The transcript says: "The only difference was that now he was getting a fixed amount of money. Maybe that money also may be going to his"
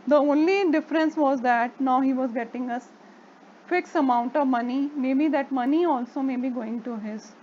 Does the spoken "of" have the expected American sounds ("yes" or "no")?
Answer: yes